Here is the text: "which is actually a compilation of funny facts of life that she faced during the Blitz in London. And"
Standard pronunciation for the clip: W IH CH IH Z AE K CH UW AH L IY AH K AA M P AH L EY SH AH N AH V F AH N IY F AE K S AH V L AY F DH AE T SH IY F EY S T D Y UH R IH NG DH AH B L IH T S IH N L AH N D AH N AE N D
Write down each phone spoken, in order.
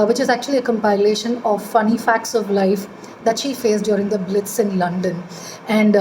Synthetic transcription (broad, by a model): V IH CH IH Z AE K CH UW AH L IY AH K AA M P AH L EY SH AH N AH V F AH N IY F AE K S AH V L AY F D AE T SH IY F EY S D Y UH R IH NG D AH B L IH T S IH N L AH N D AH N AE N D